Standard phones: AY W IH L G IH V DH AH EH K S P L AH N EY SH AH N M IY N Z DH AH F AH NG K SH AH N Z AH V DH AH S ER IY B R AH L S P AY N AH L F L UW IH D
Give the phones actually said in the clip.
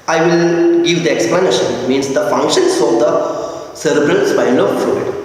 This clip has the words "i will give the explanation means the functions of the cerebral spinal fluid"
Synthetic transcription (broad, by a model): AY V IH L G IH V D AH EH K S P L AH N EY SH AH N M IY N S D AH F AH NG K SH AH N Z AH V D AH S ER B R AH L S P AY L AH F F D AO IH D